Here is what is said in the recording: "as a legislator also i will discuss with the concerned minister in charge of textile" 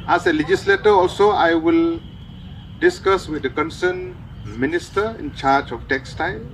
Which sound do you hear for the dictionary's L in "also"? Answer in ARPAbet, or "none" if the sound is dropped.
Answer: L